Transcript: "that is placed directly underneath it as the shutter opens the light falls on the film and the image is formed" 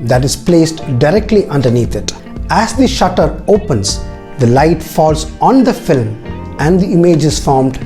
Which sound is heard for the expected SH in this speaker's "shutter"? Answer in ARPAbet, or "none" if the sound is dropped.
SH